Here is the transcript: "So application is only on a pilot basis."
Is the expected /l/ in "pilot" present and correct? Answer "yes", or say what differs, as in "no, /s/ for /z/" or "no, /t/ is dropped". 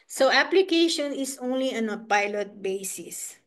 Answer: yes